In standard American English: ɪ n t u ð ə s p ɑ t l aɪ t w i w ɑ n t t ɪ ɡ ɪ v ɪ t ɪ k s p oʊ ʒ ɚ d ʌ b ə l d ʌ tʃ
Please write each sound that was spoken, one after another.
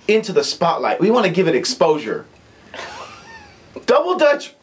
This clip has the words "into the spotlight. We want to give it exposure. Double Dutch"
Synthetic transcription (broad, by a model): ɪ n t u ð ə s p ɑ t l aɪ t w i w ɑ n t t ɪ ɡ ɪ v ɪ t ɪ k s p oʊ ʒ ɚ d ʌ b l d ʌ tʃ